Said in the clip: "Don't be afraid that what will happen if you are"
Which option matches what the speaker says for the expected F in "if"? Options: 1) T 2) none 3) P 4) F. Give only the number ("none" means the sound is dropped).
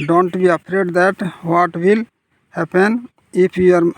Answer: 3